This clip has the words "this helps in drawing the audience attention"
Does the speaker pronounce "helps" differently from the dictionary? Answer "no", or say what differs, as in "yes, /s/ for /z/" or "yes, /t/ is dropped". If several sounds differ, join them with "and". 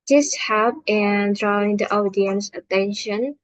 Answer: yes, /s/ is dropped